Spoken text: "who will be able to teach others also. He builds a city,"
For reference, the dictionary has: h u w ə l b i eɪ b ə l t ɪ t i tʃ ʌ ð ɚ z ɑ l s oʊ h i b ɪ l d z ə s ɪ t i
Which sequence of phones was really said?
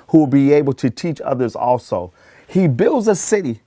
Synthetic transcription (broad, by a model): h u w ə l b i eɪ b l t ɪ t i tʃ ʌ ð ɚ z ɑ l s oʊ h i b ɪ l d z ə s ɪ t i